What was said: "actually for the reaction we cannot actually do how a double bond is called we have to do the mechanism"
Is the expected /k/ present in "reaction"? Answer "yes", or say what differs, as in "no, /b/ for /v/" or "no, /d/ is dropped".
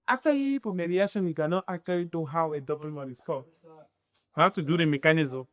no, /k/ is dropped